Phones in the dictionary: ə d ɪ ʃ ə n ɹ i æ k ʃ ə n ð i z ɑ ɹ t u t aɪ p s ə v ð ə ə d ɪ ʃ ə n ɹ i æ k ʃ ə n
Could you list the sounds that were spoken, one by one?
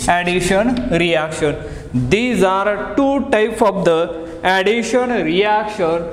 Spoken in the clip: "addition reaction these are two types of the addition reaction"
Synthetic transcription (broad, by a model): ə d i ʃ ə n ɹ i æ k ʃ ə n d i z ɑ ɹ t u t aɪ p ə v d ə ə d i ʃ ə n ɹ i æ k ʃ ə n